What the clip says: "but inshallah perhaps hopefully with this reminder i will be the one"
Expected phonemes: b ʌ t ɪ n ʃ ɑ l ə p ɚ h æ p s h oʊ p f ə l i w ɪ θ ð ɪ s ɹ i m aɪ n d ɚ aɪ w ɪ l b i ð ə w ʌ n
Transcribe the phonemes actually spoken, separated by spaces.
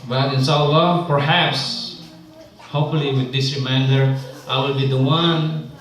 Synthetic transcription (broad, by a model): b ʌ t ɪ n ʃ ɑ l ə p ɚ h æ p s h oʊ p f ə l i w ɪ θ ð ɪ s ɹ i m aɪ n d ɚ aɪ w ɪ l b i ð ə w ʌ n